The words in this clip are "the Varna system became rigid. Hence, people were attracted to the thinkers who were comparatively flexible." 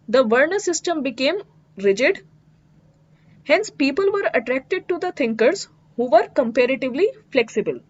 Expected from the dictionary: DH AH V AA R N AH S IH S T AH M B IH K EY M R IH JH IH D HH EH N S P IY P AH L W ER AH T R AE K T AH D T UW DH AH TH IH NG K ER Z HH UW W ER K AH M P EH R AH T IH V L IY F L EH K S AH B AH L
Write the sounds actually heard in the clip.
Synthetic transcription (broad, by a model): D AH V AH R N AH S IH S T AH M B IH K EY M R IH JH IH D HH EH N S P IY P AH L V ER AH T R AE K T AH D T UW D AH T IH NG K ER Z HH UW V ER K AH M P EH R AH T IH V L IY F L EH K S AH B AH L